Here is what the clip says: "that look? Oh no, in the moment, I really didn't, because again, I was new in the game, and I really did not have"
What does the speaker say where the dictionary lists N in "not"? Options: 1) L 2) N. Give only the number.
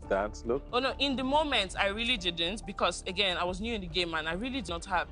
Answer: 2